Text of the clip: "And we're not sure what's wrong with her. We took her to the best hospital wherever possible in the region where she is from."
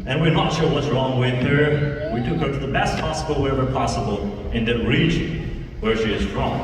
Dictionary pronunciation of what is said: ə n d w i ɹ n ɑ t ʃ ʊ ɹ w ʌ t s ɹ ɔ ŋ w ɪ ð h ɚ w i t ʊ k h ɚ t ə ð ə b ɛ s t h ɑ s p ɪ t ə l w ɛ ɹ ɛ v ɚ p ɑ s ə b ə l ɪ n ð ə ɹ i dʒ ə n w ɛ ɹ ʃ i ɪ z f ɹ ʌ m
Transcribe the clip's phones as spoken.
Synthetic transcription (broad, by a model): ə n w i ɹ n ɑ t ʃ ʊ w ʌ t s ɹ ɔ ŋ w ɪ ð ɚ w i t ʊ k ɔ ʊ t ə ð ə b ɛ s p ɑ s ɪ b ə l w ɛ ɹ ɛ v ɚ p ɑ s ə b ə l ɪ n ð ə ɹ i dʒ ə n w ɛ ɹ ʃ i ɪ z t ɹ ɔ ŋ